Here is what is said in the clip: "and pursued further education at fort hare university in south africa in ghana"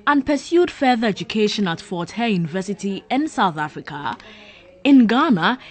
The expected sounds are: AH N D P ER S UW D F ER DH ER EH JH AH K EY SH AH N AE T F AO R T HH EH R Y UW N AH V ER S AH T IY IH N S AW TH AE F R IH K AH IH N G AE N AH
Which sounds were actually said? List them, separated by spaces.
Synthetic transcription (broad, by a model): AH N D P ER S UW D F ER DH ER EH JH AH K EY SH AH N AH T F AO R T HH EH Y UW N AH V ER S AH T IY IH N S AW TH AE F R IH K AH IH N G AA N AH